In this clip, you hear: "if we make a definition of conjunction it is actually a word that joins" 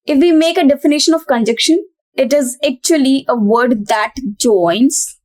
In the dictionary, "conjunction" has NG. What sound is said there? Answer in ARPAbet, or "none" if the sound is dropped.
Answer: none